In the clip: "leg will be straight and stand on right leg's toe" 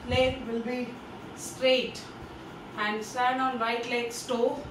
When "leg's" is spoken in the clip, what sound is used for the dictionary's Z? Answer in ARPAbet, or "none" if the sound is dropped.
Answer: S